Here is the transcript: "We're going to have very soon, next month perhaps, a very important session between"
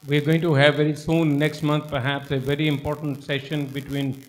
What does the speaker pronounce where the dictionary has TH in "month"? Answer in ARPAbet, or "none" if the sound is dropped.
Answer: T